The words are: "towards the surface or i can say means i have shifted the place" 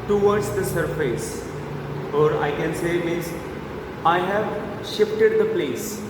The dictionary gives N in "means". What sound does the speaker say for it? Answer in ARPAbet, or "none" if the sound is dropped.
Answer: none